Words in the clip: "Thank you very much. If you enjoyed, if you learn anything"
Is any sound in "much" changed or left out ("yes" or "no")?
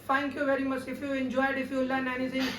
yes